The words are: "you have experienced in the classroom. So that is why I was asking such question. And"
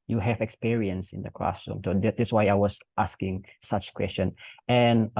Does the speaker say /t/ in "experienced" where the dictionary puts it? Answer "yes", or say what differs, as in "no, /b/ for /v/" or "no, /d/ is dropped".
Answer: no, /t/ is dropped